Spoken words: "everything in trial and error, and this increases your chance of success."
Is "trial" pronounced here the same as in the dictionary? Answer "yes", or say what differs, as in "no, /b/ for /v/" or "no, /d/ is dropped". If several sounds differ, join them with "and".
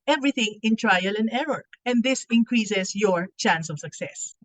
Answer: yes